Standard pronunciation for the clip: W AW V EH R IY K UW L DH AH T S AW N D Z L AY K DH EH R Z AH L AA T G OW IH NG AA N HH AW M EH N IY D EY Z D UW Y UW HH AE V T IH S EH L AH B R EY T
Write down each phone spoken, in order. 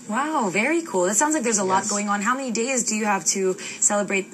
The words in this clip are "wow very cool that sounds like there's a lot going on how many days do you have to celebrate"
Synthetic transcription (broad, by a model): W AW V EH R IY K UW L DH AH T S AW N D Z L AY K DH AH R Z AH L AA T G OW IH NG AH N HH AW M EH N IY D EY Z D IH Y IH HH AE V T IH S EH L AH B R EY T